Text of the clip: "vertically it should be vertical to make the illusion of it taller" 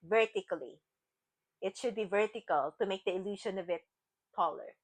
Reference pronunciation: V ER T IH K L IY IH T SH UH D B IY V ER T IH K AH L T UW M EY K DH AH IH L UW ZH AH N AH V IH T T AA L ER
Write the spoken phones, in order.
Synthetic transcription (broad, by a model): V ER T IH K L IY IH T SH UH D B IY V ER T IH K AH L T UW M EY K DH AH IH L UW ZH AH N AH V IH T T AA L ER